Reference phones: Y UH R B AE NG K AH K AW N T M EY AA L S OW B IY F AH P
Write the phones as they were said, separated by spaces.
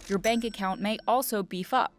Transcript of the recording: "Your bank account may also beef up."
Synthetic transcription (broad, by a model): Y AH R B AE NG K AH K AW N M EY AA L S OW B IY F AH P